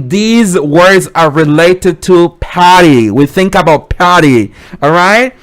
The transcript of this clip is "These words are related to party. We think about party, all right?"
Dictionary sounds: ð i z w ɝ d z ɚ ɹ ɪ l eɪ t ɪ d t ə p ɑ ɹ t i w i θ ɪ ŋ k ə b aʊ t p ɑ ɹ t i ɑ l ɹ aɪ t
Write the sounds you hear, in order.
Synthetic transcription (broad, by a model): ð i z w ɝ d z ɚ ɹ ɪ l eɪ t ɪ d t ə p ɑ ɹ t i w i θ ɪ ŋ k ə b aʊ t p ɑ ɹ t i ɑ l ɹ aɪ t